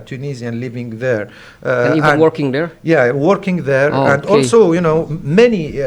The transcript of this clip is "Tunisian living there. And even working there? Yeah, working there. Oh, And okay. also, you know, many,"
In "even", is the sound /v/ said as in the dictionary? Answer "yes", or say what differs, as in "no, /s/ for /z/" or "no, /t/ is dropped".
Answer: no, /w/ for /v/